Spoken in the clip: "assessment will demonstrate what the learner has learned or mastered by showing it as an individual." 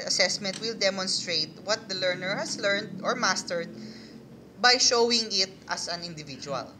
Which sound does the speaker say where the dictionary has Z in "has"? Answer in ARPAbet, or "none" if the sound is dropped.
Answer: S